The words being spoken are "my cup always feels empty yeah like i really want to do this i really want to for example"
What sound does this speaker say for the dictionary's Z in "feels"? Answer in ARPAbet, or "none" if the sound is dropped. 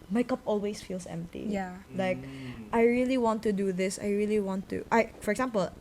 S